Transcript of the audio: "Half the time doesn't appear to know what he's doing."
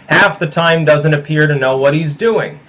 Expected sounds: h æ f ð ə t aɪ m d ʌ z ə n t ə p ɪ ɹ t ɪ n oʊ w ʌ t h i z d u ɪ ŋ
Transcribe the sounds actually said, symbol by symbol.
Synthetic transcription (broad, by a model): h æ f ð ə t aɪ m d ʌ z ə n t ə p ɪ ɹ t ɪ n oʊ w ʌ t h i z d u ɪ ŋ